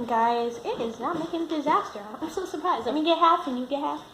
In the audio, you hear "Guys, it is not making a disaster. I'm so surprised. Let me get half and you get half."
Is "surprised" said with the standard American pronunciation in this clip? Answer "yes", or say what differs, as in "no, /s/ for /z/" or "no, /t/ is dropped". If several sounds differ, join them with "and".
yes